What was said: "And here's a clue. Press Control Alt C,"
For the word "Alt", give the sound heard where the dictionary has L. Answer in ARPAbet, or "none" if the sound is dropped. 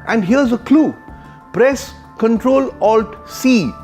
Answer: L